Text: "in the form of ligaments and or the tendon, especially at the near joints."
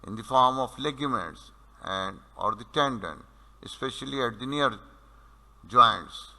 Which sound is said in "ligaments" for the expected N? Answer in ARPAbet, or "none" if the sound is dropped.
none